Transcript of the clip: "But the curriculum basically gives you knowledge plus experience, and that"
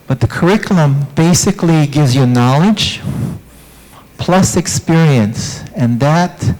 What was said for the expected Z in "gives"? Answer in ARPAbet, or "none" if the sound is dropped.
Z